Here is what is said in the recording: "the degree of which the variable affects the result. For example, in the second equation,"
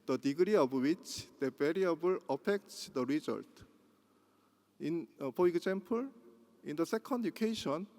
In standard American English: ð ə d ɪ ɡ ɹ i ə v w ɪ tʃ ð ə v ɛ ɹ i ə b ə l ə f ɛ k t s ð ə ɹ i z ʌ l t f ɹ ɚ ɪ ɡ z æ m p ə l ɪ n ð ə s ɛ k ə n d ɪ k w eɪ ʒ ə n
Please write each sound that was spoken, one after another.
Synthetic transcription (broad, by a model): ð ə d ɪ ɡ ɹ i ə b w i tʃ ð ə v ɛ ɹ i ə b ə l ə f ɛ k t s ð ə ɹ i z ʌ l t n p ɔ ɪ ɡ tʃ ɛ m p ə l ɪ n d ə s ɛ k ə n d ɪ k eɪ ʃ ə n